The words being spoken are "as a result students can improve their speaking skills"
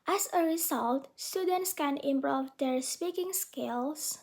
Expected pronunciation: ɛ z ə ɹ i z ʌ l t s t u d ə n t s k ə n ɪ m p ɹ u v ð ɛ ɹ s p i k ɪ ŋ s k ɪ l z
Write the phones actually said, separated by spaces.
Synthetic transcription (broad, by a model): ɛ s ə ɹ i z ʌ l t s t u d ə n t s k ə n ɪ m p ɹ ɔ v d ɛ ɹ s p i k ɪ ŋ s k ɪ l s